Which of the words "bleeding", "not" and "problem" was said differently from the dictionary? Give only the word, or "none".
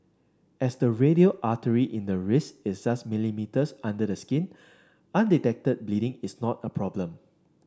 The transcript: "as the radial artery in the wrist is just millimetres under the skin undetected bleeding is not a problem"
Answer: none